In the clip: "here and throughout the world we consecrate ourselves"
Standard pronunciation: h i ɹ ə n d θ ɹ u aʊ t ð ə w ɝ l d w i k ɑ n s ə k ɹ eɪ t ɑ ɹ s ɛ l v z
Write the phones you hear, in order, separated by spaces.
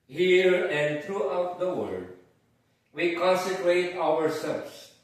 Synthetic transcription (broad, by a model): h i ɹ ə n d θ ɹ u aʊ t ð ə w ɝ d w i k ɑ n s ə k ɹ eɪ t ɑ ɹ s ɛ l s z